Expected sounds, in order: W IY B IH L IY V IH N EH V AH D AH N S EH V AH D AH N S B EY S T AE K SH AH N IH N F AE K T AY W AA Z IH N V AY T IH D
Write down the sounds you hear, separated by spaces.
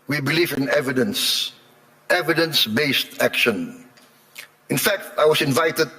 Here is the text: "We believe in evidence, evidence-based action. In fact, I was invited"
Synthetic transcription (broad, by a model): W IY B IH L IY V IH N EH V AH D AH N S EH V AH D AH N S B EY S T AE K SH AH N IH N F AE K T AY W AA S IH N V AY T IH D